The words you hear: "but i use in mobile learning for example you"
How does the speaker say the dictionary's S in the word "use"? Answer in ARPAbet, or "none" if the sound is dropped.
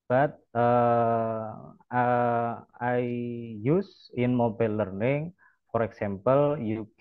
S